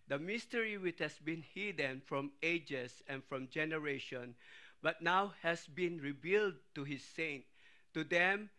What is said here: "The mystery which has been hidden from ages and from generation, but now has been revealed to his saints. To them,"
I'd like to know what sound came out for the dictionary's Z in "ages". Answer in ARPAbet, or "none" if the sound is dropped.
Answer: S